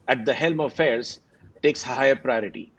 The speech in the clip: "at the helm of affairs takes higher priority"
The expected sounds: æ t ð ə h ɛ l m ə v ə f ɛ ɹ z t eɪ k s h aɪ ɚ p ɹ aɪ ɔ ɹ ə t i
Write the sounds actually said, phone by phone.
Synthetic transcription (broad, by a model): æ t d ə h ɛ l m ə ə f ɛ ɹ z t eɪ k s h aɪ ɚ p ɹ aɪ ɔ ɹ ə t i